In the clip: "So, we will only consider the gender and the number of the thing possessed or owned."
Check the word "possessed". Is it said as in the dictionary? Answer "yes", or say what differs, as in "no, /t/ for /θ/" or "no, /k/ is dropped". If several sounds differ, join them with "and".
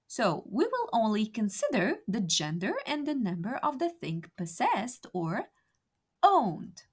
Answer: yes